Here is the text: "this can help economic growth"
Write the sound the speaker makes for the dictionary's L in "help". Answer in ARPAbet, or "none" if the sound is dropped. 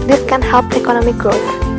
L